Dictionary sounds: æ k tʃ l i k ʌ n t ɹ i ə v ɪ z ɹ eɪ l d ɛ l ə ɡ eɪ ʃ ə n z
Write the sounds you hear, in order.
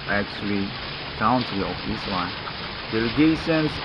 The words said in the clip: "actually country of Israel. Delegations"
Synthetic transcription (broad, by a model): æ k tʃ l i k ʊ n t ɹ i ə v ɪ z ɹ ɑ n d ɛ l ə ɡ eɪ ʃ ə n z